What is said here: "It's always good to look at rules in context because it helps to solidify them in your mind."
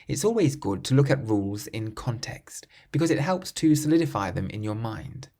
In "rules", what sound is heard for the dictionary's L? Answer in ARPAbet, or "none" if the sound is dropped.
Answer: L